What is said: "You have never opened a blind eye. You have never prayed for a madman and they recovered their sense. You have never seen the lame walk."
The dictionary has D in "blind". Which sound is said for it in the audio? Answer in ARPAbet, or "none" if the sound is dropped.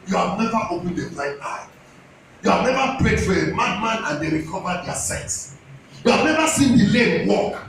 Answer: none